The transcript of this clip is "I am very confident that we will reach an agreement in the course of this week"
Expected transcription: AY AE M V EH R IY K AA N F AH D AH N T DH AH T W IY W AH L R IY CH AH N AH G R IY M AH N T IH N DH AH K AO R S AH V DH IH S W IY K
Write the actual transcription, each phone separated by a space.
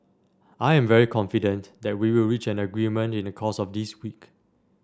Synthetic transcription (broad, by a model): AY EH M V EH R IY K AA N F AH D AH N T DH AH T W IY W AH L R IY CH AH N AH G R IY M AH N T IH N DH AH K AO S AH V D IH S W IY K